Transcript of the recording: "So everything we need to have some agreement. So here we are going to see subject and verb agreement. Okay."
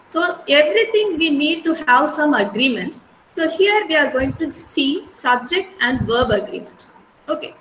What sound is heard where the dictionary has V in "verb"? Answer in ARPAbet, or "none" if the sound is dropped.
V